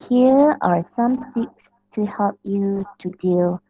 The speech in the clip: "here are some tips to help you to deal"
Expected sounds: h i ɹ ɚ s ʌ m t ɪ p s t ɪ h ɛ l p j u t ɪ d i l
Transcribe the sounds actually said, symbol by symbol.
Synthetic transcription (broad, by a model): h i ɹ ɚ s ʌ m s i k s t ɪ h ɛ l p j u t ɪ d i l